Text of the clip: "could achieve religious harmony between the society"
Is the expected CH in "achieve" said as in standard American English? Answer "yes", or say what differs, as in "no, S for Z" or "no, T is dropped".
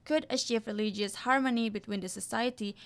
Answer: no, SH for CH